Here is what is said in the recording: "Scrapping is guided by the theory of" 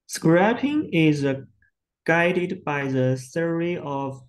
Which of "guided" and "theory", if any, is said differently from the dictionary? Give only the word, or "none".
theory